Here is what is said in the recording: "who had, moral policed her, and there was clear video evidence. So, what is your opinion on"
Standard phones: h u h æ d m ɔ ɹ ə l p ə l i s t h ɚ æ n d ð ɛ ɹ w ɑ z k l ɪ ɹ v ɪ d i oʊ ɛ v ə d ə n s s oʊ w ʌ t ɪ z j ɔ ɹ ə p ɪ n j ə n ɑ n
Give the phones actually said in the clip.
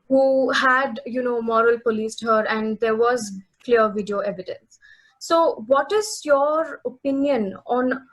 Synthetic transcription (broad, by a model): h u h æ d m ɔ ɹ ə l p ə l i s t h ɚ æ n d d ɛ ɹ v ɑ z k l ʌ ɹ v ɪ d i oʊ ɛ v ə d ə n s s oʊ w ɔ t ɪ z j ɔ ɹ ə p ɪ n j ə n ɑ n